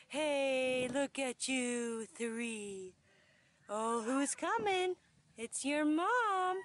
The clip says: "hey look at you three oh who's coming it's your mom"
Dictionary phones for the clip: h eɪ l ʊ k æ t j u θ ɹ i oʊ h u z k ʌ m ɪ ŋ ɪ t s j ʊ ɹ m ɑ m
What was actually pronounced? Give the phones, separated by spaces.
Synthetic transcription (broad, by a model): h eɪ l ʊ k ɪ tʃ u θ ɹ i oʊ h u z k ʌ m ɪ ŋ ɪ t s j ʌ ɹ m ɑ m